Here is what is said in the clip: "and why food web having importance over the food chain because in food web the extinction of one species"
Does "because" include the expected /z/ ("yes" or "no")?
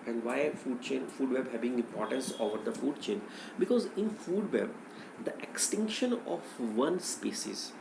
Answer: yes